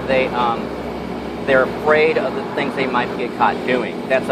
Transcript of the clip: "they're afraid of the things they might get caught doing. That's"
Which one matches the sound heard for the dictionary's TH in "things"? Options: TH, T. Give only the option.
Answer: TH